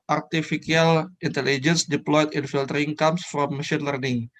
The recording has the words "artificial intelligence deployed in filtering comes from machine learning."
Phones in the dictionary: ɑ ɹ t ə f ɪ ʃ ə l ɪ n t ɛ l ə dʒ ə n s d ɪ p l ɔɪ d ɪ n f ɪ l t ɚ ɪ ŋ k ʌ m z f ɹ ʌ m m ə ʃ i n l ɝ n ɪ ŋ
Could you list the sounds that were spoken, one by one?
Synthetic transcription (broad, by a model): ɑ ɹ t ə f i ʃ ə l ɪ n t ɛ l ə dʒ ə n s d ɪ p l ɔɪ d ɪ n f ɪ l t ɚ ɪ ŋ k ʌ m s f ɹ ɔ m m ə ʃ i n l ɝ n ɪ ŋ